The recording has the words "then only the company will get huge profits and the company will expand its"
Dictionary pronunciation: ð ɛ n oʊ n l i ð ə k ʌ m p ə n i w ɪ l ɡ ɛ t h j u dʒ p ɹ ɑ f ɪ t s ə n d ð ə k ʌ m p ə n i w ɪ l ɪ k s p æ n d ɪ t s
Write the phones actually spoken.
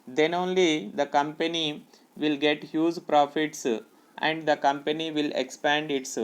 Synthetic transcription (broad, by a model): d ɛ n oʊ n l i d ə k ʌ m p ə n i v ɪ l ɡ ɛ t h j u dʒ p ɹ ɑ f ɪ t s ə n d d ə k ʌ m p ə n i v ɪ l ɪ k s p æ n d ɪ t s